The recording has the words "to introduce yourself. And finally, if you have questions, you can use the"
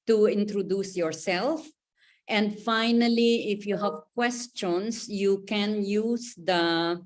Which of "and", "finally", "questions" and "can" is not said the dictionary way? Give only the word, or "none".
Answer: questions